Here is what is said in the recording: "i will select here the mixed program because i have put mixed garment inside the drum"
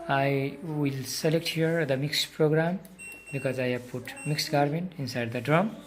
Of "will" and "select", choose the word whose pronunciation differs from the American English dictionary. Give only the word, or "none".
none